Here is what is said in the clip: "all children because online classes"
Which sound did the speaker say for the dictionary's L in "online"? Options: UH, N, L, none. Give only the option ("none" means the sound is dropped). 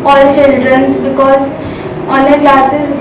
none